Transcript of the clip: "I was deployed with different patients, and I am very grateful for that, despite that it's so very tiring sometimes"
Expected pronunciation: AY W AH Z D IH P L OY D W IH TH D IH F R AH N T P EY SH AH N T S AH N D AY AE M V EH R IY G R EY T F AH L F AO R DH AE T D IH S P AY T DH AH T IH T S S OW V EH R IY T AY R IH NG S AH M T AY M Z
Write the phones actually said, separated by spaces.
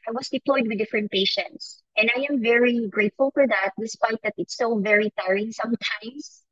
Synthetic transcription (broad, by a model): AY W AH S D IH P L OY D W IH D IH F R AH N T P EY SH AH N T S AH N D AY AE M V EH R IY G R EY T F AH L F AO R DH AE T D IH S P AY T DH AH T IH T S S OW V EH R IY T AY R IH NG S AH M T AY M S